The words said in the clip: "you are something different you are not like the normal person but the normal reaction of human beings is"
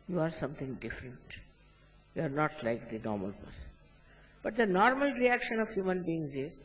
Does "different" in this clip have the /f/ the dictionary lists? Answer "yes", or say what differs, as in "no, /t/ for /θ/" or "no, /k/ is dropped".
yes